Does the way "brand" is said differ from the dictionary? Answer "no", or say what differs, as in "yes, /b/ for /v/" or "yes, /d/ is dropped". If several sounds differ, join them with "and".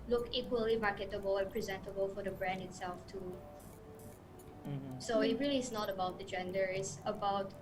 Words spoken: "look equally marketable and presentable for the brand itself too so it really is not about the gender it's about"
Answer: no